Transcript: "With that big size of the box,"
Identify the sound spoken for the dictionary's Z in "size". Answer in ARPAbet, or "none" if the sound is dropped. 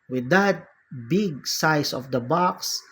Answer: S